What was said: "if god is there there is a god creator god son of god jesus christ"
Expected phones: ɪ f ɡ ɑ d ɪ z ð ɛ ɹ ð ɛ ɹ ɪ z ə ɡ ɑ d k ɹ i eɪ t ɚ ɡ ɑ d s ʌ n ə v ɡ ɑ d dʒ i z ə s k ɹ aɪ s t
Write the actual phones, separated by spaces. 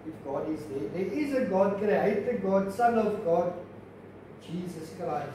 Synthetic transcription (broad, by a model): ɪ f ɡ ɑ d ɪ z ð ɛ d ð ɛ ɪ z ə ɡ ɑ d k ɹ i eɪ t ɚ ɡ ɑ d s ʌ l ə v ɡ ɑ d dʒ i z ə s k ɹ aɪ